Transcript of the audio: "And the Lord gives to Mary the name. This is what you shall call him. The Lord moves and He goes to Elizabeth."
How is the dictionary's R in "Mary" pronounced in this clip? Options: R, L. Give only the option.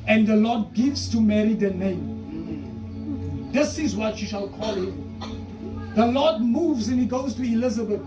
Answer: R